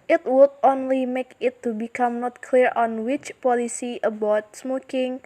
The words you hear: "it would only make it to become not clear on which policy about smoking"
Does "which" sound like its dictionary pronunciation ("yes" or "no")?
yes